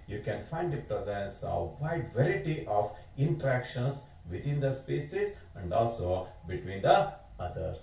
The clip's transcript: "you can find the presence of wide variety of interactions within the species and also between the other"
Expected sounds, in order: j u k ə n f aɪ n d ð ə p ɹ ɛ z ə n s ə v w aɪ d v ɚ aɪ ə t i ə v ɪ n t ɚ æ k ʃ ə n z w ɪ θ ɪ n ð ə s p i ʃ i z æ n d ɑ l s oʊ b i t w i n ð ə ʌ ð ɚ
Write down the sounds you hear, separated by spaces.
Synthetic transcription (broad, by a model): j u k ə n f aɪ n d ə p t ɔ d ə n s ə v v aɪ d v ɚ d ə t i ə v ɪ n t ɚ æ k ʃ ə n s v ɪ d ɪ n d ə s p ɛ s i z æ n d ɑ l s oʊ b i t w i n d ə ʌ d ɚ